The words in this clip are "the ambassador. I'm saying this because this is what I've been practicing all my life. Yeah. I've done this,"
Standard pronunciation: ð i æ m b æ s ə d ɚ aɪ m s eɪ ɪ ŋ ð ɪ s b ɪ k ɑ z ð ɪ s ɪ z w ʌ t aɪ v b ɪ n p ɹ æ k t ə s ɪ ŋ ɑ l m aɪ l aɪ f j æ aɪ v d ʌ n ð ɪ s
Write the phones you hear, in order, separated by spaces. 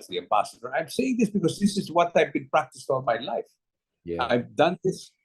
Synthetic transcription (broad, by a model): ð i æ m b æ s ə d ɚ aɪ m s eɪ ɪ ŋ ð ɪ s b ɪ k ɑ z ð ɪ s ɪ z w ʌ t aɪ v b ɪ n p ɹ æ k t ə s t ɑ n m aɪ l aɪ f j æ aɪ v d ʌ n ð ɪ s